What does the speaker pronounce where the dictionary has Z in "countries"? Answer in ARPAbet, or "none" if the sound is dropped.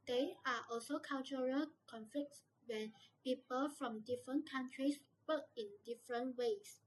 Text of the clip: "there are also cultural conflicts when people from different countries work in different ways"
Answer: S